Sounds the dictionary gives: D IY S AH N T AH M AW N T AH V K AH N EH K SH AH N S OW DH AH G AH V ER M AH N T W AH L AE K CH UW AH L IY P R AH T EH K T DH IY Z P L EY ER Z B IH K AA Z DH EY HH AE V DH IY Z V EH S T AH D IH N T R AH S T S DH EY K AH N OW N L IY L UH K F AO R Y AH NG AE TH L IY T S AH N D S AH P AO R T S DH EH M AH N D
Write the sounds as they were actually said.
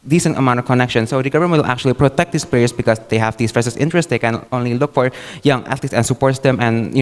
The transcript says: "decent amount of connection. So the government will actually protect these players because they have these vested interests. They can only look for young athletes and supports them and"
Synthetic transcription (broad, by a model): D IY S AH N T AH M AW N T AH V K AH N EH K SH AH N S OW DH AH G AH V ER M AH L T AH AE K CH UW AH L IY P R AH T EH K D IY S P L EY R S B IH K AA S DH EY HH AE V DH IY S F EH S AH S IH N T R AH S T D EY K AH N OW N L IY L UH K F AO R Y AH NG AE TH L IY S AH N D S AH P AO R T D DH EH M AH N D